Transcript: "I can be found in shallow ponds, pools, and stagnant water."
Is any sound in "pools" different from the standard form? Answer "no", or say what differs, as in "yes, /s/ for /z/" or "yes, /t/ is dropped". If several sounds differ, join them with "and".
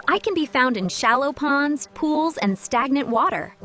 no